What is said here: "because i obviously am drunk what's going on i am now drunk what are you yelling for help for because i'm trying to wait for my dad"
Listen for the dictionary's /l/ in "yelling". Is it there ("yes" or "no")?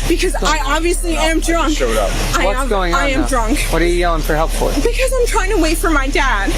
no